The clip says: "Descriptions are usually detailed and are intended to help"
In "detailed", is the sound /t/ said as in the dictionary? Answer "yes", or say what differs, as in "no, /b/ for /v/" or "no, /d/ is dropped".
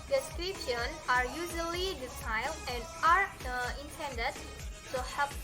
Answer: no, /s/ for /t/